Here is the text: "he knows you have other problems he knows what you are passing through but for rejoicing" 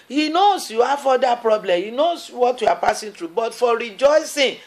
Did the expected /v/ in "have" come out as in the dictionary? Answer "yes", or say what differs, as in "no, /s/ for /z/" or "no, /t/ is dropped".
no, /f/ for /v/